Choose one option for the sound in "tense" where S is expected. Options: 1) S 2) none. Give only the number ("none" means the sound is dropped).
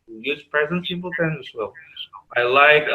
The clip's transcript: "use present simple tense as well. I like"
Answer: 2